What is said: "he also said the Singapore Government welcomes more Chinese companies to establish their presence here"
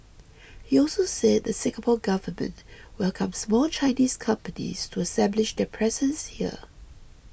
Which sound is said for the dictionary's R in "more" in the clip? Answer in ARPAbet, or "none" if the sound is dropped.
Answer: L